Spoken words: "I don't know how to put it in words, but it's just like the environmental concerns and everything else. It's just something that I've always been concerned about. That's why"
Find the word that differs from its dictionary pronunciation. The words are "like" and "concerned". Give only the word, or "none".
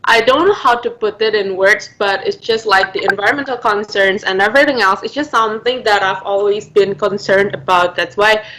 none